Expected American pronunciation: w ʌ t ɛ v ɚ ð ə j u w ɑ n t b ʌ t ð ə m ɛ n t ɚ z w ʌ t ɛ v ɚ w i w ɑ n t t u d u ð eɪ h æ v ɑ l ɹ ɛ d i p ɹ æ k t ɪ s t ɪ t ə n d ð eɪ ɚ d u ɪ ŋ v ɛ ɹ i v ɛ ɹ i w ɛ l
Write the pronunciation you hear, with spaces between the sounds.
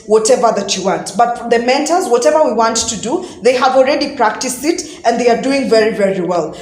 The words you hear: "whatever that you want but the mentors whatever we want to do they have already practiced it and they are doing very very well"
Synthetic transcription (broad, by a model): w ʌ t ɛ v ɚ ð ə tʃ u w ɑ n t b ʌ t ð ə m ɛ n t ɚ z w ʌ t ɛ v ɚ w i w ɑ n t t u d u ð eɪ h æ v ɑ l ɹ ɛ d i p ɹ æ k t ɪ s t ɪ t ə n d ð eɪ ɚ d u ɪ ŋ v ɛ ɹ i v ɛ ɹ i w ɛ l